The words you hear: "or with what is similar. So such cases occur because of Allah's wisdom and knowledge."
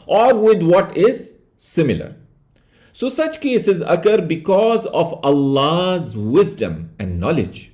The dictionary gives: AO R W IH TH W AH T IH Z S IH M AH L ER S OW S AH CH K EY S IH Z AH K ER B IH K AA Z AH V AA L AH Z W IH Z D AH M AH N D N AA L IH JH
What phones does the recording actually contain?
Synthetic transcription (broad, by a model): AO R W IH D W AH T IH Z S IH M AH L ER S OW S AH CH K EY S IH Z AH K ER B IH K AA Z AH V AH L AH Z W IH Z D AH M AH N D N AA L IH JH